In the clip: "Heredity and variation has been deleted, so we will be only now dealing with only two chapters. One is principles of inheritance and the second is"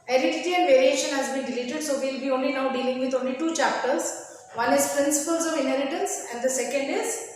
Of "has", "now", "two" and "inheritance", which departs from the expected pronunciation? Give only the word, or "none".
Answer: inheritance